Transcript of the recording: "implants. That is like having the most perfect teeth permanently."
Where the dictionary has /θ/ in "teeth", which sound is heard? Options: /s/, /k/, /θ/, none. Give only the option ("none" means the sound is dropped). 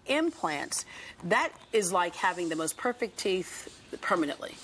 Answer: /θ/